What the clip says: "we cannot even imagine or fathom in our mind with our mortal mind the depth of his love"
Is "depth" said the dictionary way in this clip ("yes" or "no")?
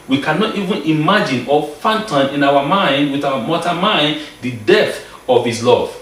no